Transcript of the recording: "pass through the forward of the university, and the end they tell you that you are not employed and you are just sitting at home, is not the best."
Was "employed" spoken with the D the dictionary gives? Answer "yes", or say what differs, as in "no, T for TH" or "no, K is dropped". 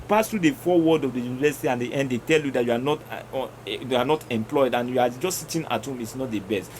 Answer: yes